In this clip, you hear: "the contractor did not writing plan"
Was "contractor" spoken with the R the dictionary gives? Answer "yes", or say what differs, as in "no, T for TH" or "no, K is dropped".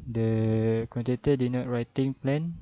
no, R is dropped